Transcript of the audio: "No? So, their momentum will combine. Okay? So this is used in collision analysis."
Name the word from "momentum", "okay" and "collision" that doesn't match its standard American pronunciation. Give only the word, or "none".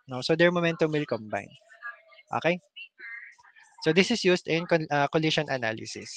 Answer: collision